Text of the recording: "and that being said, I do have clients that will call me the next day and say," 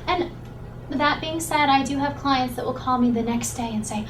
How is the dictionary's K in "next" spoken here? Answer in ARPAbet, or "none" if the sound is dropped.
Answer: K